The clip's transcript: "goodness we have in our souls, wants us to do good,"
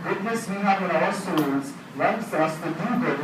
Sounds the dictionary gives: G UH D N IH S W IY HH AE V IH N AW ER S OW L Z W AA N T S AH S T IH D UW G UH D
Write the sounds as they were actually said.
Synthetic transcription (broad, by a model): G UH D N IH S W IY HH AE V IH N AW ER S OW Z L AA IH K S AH S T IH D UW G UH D